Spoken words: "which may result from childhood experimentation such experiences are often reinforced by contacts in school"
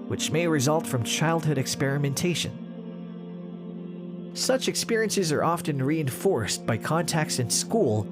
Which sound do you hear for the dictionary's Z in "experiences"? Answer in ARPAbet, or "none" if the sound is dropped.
Z